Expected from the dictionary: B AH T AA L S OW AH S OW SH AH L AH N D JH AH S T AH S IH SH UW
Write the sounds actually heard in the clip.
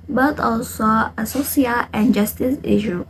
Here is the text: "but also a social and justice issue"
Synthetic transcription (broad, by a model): B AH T AA L S OW AH S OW S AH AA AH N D JH AH S T AH S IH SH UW